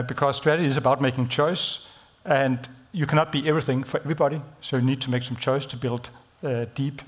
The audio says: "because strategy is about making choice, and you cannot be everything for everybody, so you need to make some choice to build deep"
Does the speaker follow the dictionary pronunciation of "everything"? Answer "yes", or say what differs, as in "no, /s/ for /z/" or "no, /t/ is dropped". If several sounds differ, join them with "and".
yes